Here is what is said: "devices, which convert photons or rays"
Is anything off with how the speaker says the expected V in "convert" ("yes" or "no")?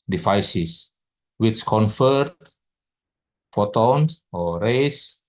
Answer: yes